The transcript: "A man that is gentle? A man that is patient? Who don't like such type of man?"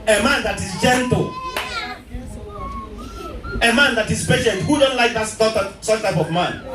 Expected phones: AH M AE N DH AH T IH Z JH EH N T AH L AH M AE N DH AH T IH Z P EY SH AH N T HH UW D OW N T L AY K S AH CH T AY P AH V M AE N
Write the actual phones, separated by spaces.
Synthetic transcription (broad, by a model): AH M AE N DH AH T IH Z JH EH N T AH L AH M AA N DH AH T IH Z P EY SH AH N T HH UW D OW N T L AY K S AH S T AY P AH V M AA N